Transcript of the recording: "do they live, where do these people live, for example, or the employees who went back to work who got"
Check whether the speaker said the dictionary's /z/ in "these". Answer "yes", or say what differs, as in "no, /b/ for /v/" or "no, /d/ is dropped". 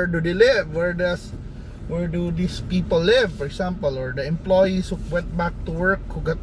no, /s/ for /z/